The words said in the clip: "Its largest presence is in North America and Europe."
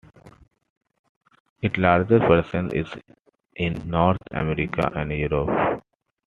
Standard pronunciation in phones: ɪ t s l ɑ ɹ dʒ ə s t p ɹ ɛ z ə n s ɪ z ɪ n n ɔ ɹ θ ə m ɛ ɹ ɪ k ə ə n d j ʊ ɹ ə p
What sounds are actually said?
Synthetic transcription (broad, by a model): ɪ t l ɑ ɹ dʒ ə t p ɹ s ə n ɪ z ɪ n n ɔ ɹ t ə m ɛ ɹ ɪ k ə ə n d j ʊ ɹ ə p